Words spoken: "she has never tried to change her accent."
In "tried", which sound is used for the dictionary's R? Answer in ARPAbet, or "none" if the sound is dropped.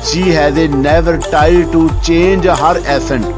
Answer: none